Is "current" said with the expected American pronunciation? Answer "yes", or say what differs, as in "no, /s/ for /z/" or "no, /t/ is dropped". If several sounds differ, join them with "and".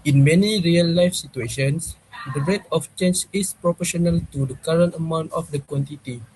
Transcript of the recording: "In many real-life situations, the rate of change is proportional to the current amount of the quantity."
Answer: yes